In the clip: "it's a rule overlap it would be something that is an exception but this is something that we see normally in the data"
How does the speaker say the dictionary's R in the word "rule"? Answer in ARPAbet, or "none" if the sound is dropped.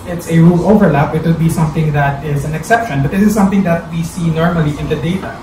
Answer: R